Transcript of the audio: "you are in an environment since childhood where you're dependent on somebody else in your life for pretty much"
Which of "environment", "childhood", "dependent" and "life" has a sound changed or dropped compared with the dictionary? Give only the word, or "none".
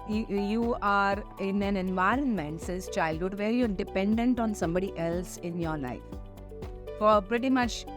none